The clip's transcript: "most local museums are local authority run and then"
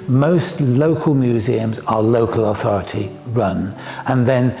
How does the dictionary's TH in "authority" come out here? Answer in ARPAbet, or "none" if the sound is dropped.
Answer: TH